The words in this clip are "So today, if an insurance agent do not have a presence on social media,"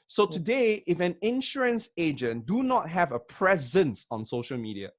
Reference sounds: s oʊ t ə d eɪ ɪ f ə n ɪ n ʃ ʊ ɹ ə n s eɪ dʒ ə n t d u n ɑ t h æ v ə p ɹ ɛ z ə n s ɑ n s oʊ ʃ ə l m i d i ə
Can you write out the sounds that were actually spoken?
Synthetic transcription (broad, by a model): s oʊ t ə d eɪ ɪ f ə n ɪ n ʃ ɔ ɹ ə n s eɪ dʒ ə n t d u n ɑ t h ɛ v ə p ɹ ɛ z ə n s ɑ n s oʊ ʃ ə l m i d i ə